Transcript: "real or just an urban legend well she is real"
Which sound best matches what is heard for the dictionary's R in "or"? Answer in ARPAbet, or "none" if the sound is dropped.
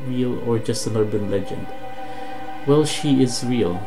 R